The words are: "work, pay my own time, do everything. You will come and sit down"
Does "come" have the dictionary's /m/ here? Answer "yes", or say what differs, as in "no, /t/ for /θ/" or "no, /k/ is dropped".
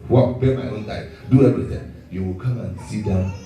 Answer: yes